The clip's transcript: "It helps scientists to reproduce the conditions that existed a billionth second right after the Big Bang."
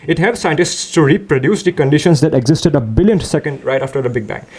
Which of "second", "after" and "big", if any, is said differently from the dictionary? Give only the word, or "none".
none